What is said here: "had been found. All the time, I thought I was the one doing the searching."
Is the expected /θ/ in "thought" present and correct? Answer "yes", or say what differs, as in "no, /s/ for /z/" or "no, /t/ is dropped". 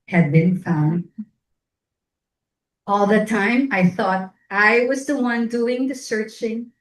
yes